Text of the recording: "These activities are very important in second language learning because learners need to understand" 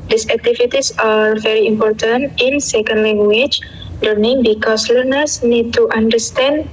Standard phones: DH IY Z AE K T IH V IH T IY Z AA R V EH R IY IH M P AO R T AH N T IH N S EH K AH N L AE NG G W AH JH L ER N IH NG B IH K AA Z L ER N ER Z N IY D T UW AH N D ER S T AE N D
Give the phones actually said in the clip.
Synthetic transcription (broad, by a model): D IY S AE K T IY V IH T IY S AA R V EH R IY IH M P AO R T AH N T IH N S EH K AH N L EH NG G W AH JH L ER N IH NG B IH K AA S L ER N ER S N IY D T UW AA N D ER S T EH N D